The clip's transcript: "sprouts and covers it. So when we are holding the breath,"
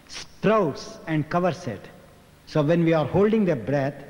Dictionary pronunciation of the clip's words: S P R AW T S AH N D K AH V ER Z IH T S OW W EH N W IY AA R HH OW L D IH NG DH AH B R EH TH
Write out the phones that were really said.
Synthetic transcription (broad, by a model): S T R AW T S AH N D K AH V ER S IH T S OW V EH N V IY AA R HH OW L D IH NG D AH B R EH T